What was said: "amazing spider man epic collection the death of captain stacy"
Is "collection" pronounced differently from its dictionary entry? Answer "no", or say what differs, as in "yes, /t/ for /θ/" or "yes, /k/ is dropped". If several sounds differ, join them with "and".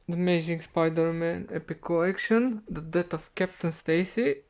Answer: yes, /l/ is dropped